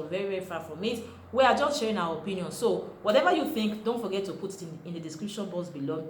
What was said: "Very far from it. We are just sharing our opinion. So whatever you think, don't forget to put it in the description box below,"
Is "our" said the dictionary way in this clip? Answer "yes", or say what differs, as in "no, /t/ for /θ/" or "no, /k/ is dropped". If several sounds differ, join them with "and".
no, /w/ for /ɹ/